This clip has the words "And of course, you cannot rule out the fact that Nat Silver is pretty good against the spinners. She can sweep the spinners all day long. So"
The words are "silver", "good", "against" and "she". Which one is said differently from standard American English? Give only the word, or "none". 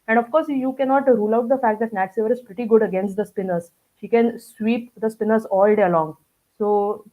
silver